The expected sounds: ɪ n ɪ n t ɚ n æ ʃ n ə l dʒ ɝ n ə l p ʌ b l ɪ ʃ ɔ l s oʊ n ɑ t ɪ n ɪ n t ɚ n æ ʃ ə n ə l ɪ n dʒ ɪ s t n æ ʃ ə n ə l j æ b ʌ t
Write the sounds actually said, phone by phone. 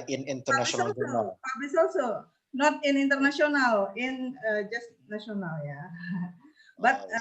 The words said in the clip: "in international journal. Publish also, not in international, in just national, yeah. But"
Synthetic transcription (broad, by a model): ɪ n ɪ n t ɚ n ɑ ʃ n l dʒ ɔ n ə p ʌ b ɪ s ɔ l s oʊ n ɑ t ɪ n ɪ n t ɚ n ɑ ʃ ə n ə l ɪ n dʒ ɪ s t n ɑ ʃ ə n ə l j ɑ b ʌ t